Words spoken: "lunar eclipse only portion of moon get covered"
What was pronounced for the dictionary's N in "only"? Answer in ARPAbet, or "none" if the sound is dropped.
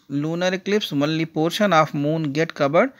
none